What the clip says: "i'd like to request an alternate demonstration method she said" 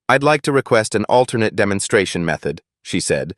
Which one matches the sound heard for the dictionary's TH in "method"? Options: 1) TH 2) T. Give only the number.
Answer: 1